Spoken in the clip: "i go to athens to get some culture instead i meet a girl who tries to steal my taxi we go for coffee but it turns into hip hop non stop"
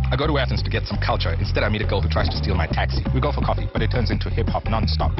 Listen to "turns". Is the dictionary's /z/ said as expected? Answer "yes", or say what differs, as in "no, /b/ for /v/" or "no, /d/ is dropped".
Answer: yes